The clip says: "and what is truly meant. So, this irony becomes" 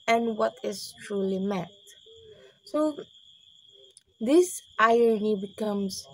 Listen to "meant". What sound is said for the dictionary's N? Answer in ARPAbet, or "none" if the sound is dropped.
none